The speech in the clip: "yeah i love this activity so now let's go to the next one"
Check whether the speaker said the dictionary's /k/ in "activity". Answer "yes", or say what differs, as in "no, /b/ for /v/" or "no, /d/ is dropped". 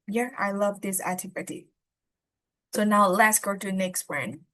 no, /k/ is dropped